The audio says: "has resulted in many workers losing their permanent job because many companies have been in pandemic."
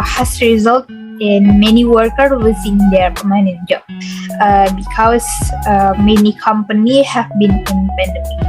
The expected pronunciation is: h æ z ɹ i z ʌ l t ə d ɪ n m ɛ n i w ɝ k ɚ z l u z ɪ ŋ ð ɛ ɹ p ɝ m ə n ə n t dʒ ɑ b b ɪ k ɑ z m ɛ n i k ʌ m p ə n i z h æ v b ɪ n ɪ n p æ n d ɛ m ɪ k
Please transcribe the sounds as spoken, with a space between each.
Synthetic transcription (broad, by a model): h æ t ɹ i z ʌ l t ɪ n m ɛ n i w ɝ k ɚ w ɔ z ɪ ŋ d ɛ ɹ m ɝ ə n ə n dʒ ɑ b b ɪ k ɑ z m ɛ n i k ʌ m p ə n i h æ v b ɪ n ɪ n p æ n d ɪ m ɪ